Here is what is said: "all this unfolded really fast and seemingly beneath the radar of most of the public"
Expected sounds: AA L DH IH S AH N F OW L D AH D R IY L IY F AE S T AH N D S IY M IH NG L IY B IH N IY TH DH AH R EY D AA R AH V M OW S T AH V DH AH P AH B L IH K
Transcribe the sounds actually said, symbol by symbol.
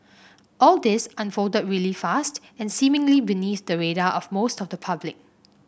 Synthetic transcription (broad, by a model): AA L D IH S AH N F OW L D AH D R IY L IY F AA S T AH N S IY M IH NG L IY B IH N IY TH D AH R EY D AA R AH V M OW S T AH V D AH P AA B L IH K